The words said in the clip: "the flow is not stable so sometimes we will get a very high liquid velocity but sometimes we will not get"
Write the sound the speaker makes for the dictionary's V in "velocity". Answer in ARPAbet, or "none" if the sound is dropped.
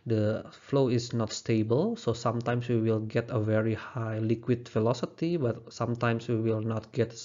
F